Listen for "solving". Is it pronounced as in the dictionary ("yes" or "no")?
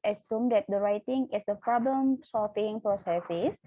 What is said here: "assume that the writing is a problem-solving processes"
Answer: no